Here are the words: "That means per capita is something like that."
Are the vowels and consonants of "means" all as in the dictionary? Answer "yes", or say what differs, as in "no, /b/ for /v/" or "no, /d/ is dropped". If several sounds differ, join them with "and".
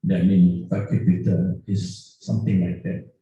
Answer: no, /z/ is dropped